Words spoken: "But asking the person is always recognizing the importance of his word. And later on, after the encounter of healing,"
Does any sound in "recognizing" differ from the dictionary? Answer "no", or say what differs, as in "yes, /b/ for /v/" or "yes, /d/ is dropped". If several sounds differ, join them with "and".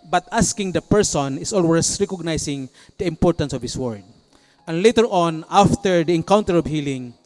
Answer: yes, /s/ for /z/